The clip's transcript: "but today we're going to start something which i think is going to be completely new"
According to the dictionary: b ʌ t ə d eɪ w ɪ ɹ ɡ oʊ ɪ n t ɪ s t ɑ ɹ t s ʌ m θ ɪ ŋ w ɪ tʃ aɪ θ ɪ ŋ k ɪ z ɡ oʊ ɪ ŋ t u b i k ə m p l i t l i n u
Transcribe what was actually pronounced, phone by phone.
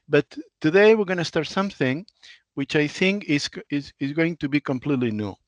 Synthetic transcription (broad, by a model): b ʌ t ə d eɪ w ɪ ɹ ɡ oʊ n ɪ s t ɑ ɹ t s ʌ m θ ɪ ŋ w ɪ tʃ aɪ θ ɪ ŋ k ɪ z ɡ oʊ ɪ ŋ t u b i k ə m p l i t l i n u